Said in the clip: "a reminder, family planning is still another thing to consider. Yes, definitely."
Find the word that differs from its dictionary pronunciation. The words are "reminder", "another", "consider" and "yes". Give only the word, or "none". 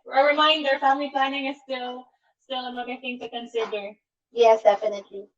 another